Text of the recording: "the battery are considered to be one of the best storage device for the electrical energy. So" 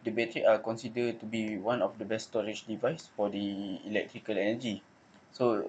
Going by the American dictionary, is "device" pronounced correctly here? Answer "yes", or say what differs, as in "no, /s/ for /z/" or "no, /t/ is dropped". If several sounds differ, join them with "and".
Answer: yes